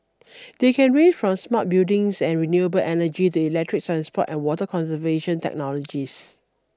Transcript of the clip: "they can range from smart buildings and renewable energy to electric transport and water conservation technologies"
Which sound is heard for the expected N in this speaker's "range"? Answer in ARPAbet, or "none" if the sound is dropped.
none